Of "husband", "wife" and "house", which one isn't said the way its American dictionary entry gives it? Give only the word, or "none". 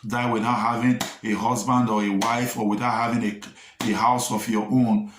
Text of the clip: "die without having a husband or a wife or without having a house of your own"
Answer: none